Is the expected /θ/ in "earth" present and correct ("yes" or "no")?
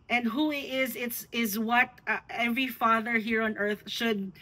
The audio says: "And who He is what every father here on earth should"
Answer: yes